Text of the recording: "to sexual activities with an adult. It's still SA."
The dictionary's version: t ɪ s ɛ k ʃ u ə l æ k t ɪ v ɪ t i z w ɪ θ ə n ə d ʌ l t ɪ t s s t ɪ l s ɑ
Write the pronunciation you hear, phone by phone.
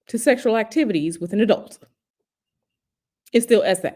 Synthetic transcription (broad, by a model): t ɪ s ɛ k ʃ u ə l æ k t ɪ v ɪ t i z w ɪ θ ə n ə d ʌ l t ɪ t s s t ɪ l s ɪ